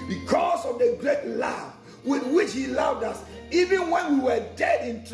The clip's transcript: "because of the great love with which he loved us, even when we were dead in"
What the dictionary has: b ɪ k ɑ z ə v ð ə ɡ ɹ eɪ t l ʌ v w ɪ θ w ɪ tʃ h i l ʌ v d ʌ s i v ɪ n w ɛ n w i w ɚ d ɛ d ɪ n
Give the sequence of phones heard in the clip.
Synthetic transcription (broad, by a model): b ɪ k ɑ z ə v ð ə ɡ ɹ eɪ t l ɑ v w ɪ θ w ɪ tʃ h i l ʌ v d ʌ s i v ɪ n w ɛ n w i w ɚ d ɛ d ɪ n